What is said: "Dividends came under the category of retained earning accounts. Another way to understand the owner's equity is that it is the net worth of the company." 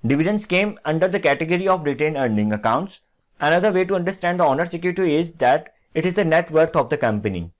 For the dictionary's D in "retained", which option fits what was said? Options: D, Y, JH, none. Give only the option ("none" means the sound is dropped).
none